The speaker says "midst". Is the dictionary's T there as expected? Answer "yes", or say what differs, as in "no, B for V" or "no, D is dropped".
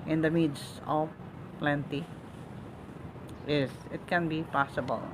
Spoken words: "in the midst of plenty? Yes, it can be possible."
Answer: no, T is dropped